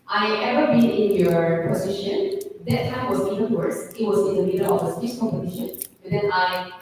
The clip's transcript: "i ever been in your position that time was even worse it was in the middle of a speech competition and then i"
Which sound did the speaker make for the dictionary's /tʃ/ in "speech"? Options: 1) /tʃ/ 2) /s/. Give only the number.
2